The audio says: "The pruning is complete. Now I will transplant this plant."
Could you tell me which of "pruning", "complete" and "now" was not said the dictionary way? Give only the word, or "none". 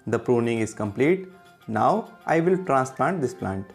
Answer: none